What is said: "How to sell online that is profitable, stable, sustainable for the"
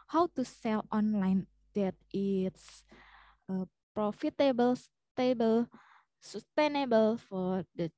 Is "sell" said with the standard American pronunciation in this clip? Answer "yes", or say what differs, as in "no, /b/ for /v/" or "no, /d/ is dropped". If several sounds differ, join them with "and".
yes